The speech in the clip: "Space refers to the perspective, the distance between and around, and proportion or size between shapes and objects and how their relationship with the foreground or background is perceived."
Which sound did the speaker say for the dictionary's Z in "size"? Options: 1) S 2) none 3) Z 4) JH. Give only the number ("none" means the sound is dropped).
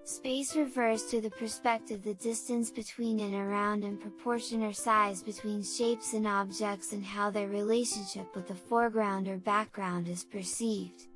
3